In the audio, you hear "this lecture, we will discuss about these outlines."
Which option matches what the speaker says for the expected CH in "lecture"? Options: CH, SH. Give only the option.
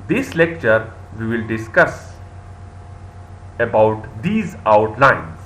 CH